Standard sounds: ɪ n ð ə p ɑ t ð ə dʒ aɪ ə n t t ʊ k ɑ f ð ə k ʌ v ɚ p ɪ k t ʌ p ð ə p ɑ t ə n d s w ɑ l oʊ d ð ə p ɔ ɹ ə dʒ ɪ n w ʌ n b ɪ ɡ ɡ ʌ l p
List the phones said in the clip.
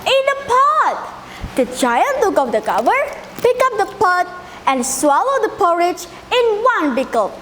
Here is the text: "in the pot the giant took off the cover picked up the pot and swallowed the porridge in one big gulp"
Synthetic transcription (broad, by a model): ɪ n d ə p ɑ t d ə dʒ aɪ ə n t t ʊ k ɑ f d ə k ʌ v ɚ p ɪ k ʌ p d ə p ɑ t ə n d s w ɑ l oʊ d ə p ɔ ɹ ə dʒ ɪ n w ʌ n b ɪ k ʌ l